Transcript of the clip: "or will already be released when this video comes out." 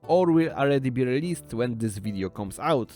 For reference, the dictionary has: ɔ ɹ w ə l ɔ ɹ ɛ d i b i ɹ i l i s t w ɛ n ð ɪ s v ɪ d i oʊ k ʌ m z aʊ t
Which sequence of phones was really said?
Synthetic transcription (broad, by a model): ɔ ɹ w ə l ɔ l ɛ d i b i ɹ i l i s t w ɛ n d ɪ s v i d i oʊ k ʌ m s aʊ t